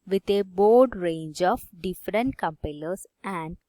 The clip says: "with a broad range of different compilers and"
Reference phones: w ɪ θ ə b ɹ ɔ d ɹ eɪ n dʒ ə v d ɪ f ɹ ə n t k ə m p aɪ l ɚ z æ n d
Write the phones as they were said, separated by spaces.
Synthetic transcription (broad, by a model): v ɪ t ə b ɔ d ɹ eɪ n dʒ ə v d ɪ f ɹ ə n t k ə m p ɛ l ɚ s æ n d